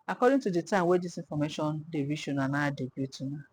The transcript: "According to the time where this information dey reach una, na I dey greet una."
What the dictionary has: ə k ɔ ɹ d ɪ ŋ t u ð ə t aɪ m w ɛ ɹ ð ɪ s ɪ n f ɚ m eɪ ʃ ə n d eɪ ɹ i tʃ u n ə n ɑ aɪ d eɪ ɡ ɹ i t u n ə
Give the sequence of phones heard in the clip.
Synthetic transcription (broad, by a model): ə k ɔ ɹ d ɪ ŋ t u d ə t aɪ m w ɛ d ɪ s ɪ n f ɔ m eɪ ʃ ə n d eɪ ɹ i ʃ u n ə n ɑ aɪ d eɪ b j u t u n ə